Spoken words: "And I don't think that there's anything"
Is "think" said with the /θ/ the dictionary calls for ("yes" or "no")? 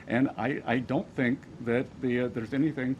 yes